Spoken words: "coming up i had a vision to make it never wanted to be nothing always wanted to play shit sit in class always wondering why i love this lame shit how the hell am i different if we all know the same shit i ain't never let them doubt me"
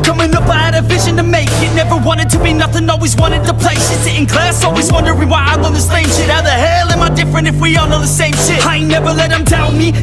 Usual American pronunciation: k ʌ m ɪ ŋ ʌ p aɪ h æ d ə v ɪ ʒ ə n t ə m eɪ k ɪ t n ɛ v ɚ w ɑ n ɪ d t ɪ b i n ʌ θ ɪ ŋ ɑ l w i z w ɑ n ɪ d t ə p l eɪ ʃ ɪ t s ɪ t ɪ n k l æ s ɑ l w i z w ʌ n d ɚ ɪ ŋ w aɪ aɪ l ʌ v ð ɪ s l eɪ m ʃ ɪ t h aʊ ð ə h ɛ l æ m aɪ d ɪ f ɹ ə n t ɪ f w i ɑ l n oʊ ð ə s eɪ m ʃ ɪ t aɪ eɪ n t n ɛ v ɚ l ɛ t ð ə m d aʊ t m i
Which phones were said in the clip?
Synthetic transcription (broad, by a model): k ʌ m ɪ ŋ ʌ p aɪ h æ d ə v ɪ ʒ ə n t ə m eɪ k ɪ t n ɛ v ɚ w ɑ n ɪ d t ɪ b i n ʌ θ ɪ ŋ ɑ l w i z w ɑ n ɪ d t ə p l eɪ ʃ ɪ s ɪ t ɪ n k l æ s ɑ l w i z w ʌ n d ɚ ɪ w aɪ aɪ w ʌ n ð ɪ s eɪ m ʃ ɪ t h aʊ ð ə h ɛ l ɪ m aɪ d ɪ f ɹ ə n t ɪ f w i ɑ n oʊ ð ə s eɪ m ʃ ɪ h aɪ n n ɛ v ɚ l ɛ t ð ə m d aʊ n m i